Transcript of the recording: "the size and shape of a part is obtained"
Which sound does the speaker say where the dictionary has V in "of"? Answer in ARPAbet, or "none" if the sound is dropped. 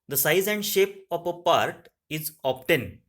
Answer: P